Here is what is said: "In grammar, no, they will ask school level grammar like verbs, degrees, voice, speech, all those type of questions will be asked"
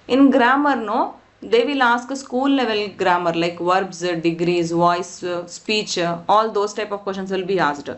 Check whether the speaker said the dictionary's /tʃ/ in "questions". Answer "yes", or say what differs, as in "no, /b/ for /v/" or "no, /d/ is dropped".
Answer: no, /ʃ/ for /tʃ/